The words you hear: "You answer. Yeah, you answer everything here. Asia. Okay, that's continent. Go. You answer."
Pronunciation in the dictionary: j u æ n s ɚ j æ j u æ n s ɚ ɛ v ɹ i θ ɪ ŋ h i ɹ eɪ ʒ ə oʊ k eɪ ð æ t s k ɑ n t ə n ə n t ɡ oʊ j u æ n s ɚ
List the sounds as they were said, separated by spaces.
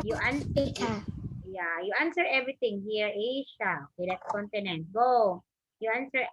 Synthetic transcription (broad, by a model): j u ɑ n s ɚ j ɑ j u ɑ n s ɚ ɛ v ɹ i t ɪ ŋ h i ɹ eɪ ʃ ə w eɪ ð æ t k ɑ n t ə n ə n t ɡ oʊ j u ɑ n s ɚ